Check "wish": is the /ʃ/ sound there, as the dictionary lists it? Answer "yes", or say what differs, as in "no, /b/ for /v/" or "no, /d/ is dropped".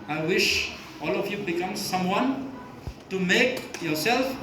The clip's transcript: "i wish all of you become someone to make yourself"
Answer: yes